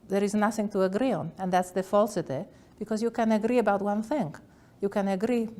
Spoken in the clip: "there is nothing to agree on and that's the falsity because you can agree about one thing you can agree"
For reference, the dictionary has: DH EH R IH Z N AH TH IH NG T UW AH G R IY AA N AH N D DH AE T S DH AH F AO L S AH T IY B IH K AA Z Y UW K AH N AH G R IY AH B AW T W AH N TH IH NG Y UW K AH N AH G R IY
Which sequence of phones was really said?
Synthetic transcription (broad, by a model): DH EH R IH Z N AH TH IH NG T UW AH G R IY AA N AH N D DH AE T S DH AH F AO L S AH T IY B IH K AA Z Y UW K AH N AH G R IY AH B AW T W AH N TH IH NG Y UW K AH N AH G R IY